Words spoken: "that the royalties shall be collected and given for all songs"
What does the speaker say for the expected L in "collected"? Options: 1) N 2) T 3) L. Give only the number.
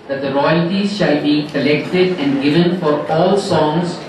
3